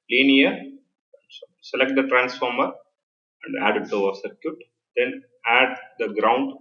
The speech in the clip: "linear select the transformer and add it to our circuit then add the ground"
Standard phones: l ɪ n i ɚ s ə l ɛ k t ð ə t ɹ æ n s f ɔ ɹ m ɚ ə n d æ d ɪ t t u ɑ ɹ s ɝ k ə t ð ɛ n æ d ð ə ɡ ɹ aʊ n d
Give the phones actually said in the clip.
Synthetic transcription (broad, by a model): l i n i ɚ s ə l ɛ k t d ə t ɹ æ n s f ɔ ɹ m ɚ ə n d æ d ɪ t t u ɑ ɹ s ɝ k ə t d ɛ n æ d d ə ɡ ɹ aʊ n d